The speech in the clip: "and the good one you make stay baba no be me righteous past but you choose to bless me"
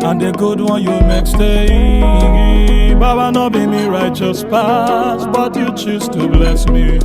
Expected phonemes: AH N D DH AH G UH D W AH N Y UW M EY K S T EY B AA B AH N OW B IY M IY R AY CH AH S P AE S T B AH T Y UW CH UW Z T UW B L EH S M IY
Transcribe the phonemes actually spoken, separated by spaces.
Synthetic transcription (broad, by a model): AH N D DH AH G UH D W AH N Y UW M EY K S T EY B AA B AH N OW B IY M IY R AY CH AH S P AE S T B AH T Y UW CH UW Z T UW B L EH S M IY